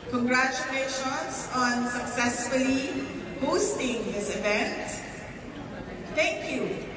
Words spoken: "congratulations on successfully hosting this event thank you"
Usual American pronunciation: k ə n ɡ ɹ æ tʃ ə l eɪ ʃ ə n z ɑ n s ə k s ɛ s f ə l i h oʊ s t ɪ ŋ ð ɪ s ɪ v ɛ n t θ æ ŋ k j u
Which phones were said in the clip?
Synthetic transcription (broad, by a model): k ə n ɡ ɹ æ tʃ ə l eɪ ʃ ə n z ɑ n s ə k s ɛ s f ə l i h oʊ s t ɪ ŋ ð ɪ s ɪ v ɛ n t t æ ŋ k j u